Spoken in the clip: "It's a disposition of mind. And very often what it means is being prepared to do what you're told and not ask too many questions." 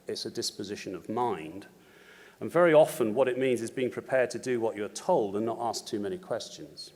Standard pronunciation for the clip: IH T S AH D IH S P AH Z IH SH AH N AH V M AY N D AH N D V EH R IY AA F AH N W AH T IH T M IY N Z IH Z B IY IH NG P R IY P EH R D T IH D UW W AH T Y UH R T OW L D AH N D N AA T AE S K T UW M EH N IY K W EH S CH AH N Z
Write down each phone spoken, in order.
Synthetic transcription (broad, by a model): IH T S AH D IH S P AH Z IH SH AH N AH V M AY N D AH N V EH R IY AA F AH N W AH T IH T M IY N Z IH Z B IY IH NG P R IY P EH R D T IH D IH W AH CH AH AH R T OW L D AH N N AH T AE S K T UW M EH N IY K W EH S CH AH N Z